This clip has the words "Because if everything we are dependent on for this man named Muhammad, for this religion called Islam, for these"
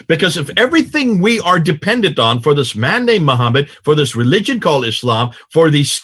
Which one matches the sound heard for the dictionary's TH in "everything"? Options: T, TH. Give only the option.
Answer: TH